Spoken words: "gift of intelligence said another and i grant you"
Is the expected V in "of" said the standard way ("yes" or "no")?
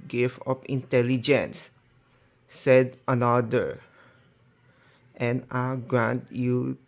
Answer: no